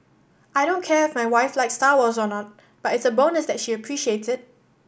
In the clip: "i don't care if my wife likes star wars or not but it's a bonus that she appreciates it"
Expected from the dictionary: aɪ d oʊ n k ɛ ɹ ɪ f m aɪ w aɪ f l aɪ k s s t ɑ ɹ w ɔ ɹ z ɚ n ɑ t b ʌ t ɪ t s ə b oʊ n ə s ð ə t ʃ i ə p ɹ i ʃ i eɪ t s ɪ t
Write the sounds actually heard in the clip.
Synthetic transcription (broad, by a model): aɪ d oʊ n k ɛ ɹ ɪ f m aɪ w aɪ f l aɪ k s s t ɑ w ɔ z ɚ n ɑ t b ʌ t ɪ t s ə b oʊ n ə s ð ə t ʃ i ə p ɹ i ʃ i eɪ t ɪ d